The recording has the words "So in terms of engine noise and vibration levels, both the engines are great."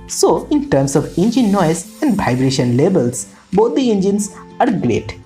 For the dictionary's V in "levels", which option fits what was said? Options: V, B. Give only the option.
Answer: B